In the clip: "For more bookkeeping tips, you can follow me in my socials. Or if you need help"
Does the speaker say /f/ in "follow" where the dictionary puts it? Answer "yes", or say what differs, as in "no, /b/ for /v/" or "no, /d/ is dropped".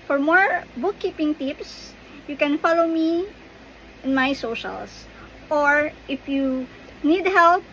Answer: yes